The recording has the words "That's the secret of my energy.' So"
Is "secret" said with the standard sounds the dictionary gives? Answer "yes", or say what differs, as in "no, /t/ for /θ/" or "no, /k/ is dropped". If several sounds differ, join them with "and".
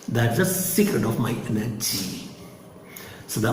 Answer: yes